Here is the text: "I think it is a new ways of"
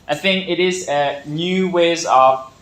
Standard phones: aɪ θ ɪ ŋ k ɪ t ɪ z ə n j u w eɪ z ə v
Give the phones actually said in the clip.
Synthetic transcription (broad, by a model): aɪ θ ɪ ŋ k ɪ t ɪ z ə n j u w eɪ z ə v